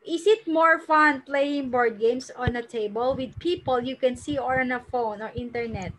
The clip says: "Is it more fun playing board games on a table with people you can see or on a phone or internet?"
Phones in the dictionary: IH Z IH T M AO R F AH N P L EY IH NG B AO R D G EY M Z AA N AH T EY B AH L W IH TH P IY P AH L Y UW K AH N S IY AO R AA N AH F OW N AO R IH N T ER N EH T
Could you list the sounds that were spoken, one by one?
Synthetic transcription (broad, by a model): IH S IH T M AO R F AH N P L EY IH NG B AO R D G EY M S AA N AH T EY B AH L W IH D P IY P AH L Y UW K AH N S IY AO R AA N AH F OW N AO R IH N T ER N EH T